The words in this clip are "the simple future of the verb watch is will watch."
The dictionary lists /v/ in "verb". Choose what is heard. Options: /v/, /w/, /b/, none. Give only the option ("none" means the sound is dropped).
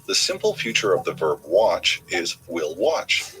/v/